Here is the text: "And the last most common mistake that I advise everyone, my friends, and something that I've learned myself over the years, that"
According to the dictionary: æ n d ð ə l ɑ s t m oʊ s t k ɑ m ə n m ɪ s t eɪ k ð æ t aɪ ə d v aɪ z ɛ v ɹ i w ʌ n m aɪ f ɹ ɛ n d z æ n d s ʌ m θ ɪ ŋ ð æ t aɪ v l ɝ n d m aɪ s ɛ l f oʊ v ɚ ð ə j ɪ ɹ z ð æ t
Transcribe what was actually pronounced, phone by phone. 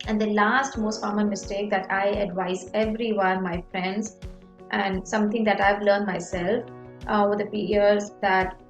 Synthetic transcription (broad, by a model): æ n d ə l ɑ s t m oʊ s t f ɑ m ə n m ɪ s t eɪ k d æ t aɪ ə d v aɪ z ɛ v ɹ i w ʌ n m aɪ f ɹ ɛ n d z æ n d s ʌ m t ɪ ŋ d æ t aɪ v l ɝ n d m aɪ s ɛ l f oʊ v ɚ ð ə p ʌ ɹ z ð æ t